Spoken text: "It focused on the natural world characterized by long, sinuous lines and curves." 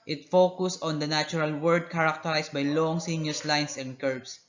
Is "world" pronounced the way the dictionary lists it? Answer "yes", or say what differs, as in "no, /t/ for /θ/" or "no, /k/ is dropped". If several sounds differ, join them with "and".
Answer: no, /l/ is dropped